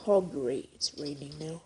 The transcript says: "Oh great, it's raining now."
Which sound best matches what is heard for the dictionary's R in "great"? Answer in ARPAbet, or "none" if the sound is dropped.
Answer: none